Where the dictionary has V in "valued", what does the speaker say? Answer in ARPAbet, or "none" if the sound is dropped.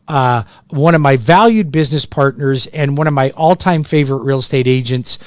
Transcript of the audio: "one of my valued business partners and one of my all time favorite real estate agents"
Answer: V